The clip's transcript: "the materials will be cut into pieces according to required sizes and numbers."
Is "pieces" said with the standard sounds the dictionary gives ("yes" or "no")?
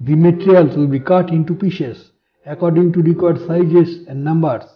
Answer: no